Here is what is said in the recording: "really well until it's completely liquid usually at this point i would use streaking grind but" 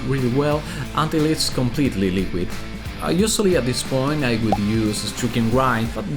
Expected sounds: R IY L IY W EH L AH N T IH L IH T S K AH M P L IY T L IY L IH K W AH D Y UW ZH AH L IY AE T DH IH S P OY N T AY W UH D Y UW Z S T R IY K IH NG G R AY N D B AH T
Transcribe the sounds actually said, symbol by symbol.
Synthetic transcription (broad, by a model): R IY L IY W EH L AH N T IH L IH T S K AH M P L IY T L IY L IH K W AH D Y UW S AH L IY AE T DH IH S P OY N T AY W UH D Y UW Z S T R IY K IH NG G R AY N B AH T